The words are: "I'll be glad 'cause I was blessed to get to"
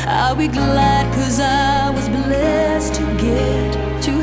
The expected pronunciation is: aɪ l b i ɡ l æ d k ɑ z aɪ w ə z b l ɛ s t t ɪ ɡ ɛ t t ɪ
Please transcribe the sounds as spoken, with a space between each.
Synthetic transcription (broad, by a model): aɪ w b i ɡ l æ d k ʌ z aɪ w ə z b l ɛ s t t ɪ ɡ ɛ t t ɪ